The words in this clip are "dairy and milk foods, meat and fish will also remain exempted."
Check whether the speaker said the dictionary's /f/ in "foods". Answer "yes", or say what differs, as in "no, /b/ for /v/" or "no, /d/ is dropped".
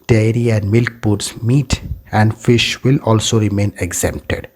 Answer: no, /p/ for /f/